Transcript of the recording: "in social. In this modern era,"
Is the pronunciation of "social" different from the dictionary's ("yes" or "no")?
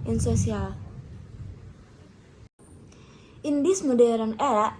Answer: yes